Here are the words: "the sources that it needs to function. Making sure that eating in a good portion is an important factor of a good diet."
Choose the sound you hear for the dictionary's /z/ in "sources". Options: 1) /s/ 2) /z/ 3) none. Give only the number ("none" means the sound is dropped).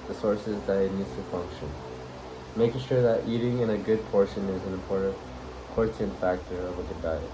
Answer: 2